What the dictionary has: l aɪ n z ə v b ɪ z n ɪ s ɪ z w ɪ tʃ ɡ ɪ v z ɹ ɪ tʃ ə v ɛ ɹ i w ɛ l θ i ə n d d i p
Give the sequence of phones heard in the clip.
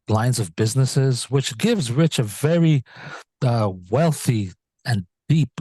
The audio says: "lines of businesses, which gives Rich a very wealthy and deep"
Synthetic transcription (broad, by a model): l aɪ n z ə v b ɪ z n ɪ s ɪ z w ɪ tʃ ɡ ɪ v z ɹ ɪ tʃ ə v ɛ ɹ i w ɛ l θ i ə n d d i p